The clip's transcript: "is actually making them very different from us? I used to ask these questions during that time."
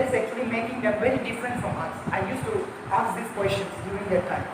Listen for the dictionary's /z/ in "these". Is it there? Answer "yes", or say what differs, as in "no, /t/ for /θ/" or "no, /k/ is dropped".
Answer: no, /s/ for /z/